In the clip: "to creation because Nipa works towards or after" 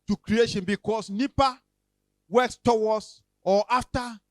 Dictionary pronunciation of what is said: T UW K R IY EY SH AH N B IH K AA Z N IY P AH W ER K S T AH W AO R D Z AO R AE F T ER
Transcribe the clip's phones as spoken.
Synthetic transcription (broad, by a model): T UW K R IY EY SH AH N B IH K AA S N IY P AH W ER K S T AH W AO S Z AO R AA F T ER